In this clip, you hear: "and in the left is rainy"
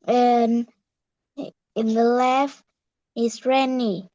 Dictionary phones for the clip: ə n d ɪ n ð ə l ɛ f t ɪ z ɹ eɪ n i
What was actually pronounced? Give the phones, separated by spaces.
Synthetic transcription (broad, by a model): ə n ɪ n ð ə l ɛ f ɪ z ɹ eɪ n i